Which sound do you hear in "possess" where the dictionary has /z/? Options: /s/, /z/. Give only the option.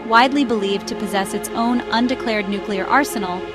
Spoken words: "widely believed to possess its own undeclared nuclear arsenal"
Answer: /z/